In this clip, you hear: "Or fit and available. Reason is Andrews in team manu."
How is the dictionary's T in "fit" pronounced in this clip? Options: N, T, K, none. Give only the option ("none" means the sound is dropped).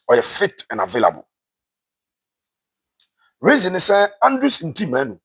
T